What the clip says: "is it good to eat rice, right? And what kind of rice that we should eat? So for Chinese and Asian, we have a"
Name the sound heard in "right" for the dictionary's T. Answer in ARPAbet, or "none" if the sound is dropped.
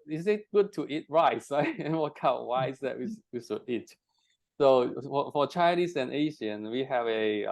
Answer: none